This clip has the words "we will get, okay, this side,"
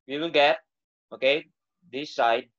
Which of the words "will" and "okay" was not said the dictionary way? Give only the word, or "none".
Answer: will